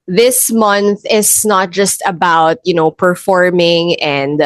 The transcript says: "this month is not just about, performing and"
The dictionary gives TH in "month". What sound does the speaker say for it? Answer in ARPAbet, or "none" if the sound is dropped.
TH